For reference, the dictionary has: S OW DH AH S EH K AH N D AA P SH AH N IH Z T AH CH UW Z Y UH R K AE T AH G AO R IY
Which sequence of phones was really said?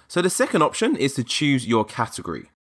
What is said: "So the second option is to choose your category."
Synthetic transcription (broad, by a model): S OW DH AH S EH K AH N D AA P SH AH N IH Z T AH CH UW Z Y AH K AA T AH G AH R IY